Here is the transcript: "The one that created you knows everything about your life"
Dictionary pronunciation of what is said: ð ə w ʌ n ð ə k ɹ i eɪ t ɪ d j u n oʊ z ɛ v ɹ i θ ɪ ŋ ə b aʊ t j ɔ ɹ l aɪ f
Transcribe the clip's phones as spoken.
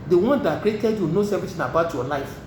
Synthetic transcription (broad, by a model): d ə w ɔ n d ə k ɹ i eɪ t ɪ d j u n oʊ s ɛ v i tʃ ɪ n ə b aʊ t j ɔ l aɪ f